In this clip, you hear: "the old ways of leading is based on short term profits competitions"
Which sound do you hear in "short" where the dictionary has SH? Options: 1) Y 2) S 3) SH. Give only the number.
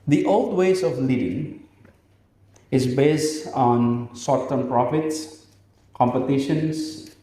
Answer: 2